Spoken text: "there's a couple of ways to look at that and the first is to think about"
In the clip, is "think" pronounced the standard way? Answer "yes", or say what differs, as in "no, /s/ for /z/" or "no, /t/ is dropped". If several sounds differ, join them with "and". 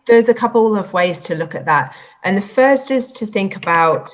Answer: yes